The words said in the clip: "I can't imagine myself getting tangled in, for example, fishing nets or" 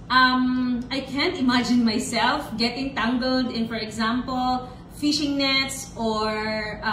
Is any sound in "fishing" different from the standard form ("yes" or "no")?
no